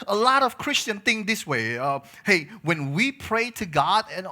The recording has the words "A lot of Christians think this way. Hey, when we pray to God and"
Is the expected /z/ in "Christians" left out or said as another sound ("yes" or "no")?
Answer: yes